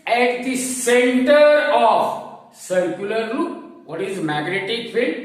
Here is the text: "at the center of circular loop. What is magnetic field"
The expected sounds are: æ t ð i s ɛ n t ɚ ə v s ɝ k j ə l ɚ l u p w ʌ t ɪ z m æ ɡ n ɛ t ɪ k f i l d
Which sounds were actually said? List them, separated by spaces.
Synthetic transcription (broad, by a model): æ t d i s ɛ n t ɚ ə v s ɝ k j ə l ɚ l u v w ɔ t ɪ z m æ ɡ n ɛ t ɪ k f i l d